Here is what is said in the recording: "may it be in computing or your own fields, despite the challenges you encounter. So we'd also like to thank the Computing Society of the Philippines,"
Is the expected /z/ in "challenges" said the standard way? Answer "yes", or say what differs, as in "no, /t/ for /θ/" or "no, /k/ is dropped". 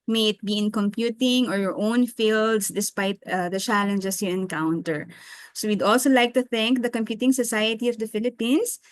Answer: no, /s/ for /z/